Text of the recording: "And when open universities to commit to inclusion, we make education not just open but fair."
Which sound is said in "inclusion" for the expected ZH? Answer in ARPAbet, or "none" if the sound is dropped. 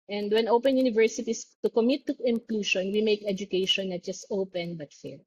SH